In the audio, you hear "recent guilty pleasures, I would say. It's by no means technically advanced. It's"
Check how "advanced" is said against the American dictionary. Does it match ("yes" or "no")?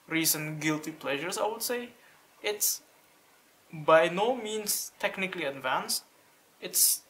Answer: yes